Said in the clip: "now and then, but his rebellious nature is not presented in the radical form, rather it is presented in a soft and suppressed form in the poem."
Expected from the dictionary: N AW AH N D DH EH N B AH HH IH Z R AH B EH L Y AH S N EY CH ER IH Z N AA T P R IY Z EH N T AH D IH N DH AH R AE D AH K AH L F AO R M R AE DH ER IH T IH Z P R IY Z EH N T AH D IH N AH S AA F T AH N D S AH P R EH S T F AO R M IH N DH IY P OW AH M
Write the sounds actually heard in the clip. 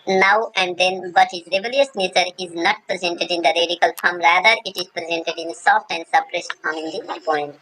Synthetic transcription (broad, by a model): N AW AH N D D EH N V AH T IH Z R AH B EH L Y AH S N EY CH ER IH Z N AA T P R IY Z EH N T AH D IH N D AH R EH D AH K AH L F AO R M R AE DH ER IH T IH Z P R IY Z EH N T AH D IH N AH S AA F T AH N D S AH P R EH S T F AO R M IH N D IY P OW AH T